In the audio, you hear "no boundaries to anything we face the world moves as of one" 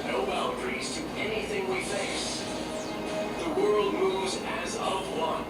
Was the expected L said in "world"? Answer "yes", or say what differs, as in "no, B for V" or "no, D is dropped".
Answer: yes